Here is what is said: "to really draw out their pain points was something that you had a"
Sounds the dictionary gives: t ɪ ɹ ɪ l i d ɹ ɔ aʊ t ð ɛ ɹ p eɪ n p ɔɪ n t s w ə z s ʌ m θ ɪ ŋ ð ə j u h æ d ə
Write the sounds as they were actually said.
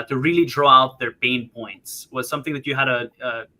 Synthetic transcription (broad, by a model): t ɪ ɹ ɪ l i d ɹ ɔ aʊ t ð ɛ ɹ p eɪ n p ɔɪ n t s w ə z s ʌ m θ ɪ ŋ ð ə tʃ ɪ h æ d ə